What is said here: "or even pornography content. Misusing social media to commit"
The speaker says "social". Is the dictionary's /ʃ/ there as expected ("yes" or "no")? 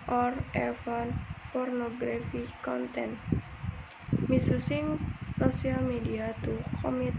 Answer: no